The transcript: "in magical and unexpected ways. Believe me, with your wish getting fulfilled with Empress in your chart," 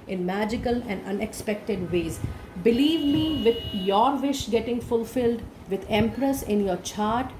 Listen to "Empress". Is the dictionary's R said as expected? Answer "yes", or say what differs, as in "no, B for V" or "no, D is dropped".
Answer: yes